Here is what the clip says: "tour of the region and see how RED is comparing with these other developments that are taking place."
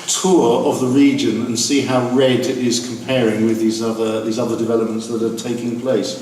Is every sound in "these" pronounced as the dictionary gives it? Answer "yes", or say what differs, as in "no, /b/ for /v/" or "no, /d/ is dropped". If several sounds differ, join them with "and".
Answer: yes